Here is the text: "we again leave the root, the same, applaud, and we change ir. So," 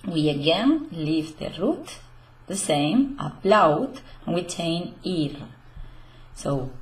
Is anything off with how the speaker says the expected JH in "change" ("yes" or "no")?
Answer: yes